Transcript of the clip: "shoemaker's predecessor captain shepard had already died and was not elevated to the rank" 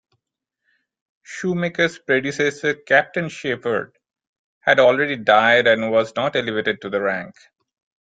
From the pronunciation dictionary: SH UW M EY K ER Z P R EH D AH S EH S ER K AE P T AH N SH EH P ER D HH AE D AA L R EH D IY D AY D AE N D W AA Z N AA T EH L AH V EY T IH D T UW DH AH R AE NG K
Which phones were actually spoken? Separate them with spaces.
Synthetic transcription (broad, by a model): SH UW M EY K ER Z P R EH D AH S EH S ER K AE P T AH N SH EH F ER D HH AE D AA L R EH D IY D AY D AE N D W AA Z N AA T EH L AH V EY T IH D T UW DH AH R AE NG K